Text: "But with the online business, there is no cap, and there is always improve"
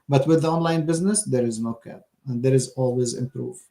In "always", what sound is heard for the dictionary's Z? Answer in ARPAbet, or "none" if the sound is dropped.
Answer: Z